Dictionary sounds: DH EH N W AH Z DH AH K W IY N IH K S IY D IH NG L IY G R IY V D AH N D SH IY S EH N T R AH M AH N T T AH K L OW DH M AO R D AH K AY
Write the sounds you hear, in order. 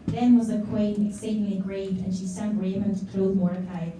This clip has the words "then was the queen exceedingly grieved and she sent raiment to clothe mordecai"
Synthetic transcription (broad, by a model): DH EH N W AH Z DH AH K W IY N IH K S IY D IH NG L IY G R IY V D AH N SH IY S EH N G R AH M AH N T T AH K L OW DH M AO R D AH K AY